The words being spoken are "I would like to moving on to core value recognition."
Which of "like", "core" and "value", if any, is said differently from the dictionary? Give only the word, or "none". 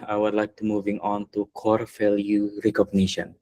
value